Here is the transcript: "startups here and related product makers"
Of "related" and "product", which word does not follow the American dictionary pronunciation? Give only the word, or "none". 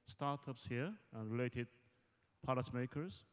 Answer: product